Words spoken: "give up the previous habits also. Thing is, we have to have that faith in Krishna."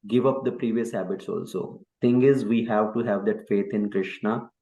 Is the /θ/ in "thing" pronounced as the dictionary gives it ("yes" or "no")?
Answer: no